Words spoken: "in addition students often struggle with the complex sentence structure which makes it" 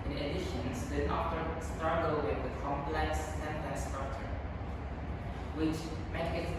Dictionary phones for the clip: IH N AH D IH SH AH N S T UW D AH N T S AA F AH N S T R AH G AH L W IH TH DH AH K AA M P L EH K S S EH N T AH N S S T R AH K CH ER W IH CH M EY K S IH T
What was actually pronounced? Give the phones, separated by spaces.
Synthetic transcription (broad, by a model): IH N AH D IH SH AH N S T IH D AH T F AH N S T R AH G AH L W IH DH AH K AA M P L EH K S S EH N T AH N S S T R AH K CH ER W IH CH M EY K IH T